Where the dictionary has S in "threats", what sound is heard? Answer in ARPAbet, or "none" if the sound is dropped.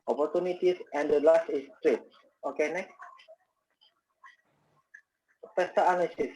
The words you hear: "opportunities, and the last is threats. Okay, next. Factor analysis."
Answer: none